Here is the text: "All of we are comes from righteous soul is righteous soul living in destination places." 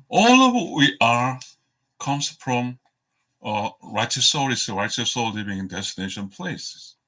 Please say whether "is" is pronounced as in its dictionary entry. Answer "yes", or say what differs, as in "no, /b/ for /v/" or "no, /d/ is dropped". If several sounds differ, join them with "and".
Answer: no, /s/ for /z/